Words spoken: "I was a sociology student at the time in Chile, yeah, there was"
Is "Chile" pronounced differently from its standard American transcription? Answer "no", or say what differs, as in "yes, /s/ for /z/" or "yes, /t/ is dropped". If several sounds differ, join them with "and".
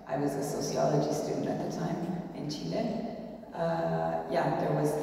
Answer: yes, /n/ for /l/